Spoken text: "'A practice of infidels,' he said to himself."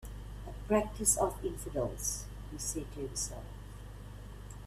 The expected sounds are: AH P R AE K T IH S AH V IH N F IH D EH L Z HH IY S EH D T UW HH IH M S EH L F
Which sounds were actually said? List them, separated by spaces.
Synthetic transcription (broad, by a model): AH P R AE K T IH S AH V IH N F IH D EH L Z HH IY S EH D T UW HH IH S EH L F